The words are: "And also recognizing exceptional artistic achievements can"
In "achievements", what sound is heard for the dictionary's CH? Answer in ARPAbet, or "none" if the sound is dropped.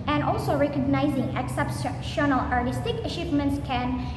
SH